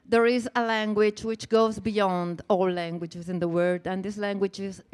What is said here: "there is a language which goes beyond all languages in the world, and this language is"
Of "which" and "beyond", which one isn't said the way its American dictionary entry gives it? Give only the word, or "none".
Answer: none